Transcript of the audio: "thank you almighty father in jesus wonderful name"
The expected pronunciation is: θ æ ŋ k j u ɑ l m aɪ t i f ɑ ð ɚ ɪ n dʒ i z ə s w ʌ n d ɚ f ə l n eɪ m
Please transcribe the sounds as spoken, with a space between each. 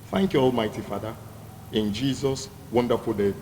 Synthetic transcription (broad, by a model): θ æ ŋ k j u ɑ l m aɪ t i f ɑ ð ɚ ɪ n dʒ i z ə s w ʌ n d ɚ f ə l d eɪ